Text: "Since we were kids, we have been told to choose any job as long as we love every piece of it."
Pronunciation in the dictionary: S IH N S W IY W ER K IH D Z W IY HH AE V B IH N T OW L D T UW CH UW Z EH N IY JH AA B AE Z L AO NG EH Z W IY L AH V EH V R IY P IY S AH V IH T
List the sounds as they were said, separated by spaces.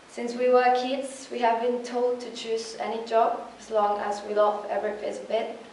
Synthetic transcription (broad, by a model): S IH N S W IY W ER K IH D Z W IY HH AE V B IH N T OW L D T UW CH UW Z EH N IY JH AA B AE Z L AO NG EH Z W IY L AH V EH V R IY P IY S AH B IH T